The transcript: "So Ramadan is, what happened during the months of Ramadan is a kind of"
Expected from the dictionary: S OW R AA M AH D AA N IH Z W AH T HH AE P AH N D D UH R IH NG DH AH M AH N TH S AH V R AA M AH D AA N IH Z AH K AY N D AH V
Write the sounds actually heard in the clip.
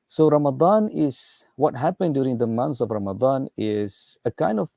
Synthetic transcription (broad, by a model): S OW R AA M AH D AA N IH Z W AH T HH AE P AH N D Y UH R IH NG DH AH M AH N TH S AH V R AA M AH D AA N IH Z AH K AY N D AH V